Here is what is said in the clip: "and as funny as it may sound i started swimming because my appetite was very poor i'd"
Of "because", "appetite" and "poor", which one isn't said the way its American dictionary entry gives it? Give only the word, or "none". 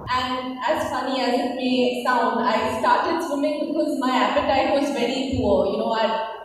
poor